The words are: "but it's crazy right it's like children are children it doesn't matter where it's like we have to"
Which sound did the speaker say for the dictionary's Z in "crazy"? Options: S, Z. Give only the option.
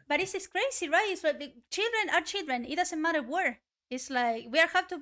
S